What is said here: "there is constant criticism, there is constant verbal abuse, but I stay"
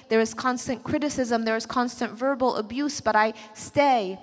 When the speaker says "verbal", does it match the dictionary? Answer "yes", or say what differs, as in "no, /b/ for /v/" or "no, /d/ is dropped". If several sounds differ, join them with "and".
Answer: yes